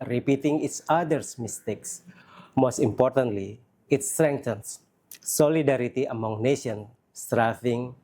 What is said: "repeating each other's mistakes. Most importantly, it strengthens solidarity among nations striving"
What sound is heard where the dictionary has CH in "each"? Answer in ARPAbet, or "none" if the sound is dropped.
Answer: S